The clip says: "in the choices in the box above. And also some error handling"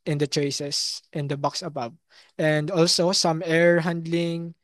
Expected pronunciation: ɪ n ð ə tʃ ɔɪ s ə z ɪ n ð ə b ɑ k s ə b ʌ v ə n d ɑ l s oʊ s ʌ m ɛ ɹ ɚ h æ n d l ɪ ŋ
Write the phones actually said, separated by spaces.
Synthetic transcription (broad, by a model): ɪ n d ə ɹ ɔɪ s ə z ɪ n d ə b ɑ k s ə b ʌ b ə n d ɑ l s oʊ s ʌ m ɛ ɹ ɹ h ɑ n d l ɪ ŋ